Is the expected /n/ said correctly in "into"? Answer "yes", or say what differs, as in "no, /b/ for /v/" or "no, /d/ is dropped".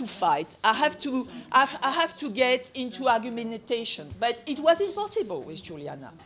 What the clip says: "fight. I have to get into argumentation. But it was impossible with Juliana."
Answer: yes